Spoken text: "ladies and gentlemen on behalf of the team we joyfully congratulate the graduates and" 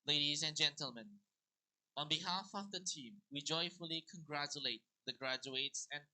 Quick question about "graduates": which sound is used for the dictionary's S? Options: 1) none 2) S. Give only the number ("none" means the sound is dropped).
2